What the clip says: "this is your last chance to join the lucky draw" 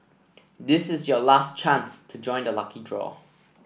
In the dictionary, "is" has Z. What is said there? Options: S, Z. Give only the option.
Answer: Z